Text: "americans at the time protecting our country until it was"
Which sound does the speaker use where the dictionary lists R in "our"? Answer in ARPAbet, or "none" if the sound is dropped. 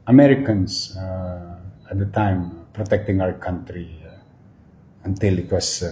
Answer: W